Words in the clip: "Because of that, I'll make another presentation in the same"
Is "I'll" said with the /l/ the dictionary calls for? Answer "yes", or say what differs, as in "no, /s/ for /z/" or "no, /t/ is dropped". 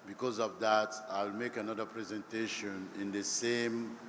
yes